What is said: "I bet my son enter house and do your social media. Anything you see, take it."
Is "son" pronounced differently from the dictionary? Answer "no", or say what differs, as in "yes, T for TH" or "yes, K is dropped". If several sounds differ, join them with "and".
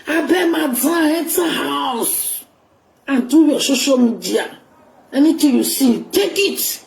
yes, N is dropped